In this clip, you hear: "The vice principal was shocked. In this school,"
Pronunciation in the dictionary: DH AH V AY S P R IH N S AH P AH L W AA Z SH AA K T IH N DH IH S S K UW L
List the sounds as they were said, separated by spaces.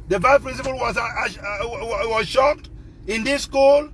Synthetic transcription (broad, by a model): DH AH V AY P R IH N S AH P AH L W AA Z SH AA K T IH N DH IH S S K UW L